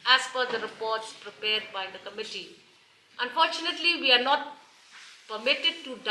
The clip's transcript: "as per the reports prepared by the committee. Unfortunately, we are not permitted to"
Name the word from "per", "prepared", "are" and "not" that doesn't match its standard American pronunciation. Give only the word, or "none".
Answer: per